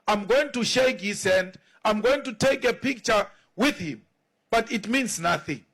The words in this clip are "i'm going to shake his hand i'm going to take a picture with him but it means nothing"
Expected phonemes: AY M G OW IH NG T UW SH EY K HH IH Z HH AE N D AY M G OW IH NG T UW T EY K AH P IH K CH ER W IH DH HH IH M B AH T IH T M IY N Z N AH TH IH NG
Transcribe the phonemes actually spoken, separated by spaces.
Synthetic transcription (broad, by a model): AY M G OW IH NG T UW SH EY K HH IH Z HH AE N D AY M G OW IH NG T UW T EY K AH P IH K CH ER W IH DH HH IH M B AH T IH T M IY N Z N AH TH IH NG